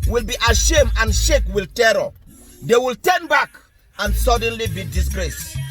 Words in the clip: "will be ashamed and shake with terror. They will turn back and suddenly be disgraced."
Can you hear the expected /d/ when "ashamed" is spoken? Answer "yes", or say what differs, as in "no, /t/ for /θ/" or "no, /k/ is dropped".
no, /d/ is dropped